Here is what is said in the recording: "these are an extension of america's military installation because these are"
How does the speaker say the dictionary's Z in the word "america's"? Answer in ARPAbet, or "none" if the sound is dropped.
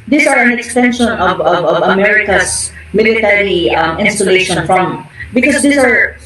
S